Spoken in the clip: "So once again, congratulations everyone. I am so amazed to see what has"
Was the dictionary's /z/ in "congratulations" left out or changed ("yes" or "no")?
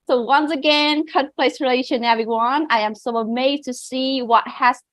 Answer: yes